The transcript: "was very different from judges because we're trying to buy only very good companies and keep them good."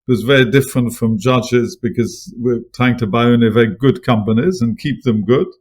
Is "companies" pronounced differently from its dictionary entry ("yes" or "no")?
no